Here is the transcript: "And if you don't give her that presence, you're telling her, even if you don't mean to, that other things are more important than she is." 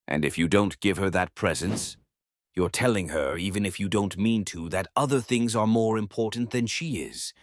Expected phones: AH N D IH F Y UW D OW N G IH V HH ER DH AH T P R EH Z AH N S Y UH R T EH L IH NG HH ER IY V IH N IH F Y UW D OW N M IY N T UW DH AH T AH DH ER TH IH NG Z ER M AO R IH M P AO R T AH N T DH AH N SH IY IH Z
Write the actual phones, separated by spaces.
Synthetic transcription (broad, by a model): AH N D IH F Y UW D OW N G IH V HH ER DH AH T P R EH Z AH N S Y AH R T EH L IH NG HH ER IY V IH N IH F Y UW D OW N M IY N T UW DH AH T AH DH ER TH IH NG Z ER M AO R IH M P AO R T N DH AH N SH IY IH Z